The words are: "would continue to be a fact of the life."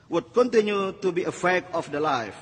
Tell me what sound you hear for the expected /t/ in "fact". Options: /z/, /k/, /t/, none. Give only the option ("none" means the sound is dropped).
none